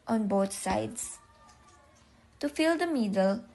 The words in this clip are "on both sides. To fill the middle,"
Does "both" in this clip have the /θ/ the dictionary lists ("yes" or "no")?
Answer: no